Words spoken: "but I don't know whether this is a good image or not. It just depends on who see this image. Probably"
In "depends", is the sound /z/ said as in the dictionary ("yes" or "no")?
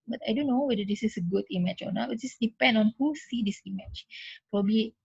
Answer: no